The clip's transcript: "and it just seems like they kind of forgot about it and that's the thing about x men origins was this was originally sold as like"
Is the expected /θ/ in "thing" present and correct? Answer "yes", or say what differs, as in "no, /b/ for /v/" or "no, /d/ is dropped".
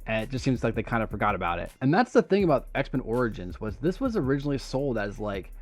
yes